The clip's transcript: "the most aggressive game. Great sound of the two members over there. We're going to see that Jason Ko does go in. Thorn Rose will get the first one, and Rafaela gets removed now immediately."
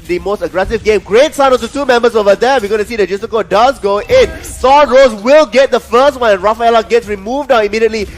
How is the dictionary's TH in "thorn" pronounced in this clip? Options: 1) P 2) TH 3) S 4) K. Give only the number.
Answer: 3